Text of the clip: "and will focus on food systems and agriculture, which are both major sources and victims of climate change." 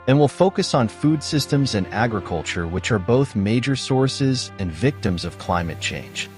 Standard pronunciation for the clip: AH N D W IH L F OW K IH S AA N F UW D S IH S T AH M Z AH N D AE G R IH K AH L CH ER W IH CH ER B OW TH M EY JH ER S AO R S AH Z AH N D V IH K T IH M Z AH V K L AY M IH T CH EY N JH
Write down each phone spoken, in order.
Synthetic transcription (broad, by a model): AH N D W IH L F OW K IH S N F UW D S IH S T AH M Z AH N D AE G R IH K AH L CH ER W IH CH ER B OW TH M EY JH ER S AO R S AH Z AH N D V IH K T IH M Z AH V K L AY M IH T CH EY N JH